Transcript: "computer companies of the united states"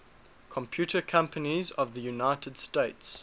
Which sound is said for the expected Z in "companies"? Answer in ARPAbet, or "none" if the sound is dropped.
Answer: Z